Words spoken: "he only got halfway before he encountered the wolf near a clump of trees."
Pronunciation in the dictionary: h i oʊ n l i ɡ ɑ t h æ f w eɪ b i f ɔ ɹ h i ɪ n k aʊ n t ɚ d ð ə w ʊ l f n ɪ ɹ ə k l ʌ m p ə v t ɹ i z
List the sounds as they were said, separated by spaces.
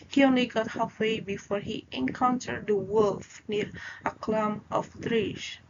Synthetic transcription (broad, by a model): h i oʊ n l i ɡ ɑ t h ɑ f w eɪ b i f ɔ ɹ h i ɪ n k aʊ n t ɚ d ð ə w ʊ l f n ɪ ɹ ə k l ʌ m ə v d ɹ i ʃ